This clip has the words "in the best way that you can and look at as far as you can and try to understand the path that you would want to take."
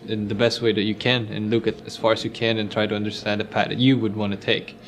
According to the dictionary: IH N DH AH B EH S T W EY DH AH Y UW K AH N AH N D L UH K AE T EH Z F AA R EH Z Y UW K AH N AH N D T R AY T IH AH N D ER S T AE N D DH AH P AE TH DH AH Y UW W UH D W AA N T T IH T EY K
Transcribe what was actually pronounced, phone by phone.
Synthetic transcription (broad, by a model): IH N DH AH B EH S T W EY DH AH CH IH K AH N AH N L UH K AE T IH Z F AA R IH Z Y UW K AH N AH N T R AY T IH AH N D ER S T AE N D DH AH P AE T DH AH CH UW W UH D W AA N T T IH T EY K